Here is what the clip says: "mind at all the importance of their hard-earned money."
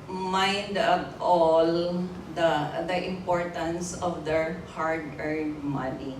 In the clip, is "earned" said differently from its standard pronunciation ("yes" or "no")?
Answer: yes